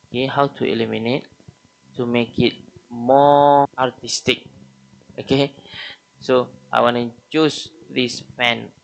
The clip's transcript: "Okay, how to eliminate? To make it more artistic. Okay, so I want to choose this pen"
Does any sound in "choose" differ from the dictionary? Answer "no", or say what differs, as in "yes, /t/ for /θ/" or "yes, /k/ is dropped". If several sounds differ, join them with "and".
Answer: yes, /s/ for /z/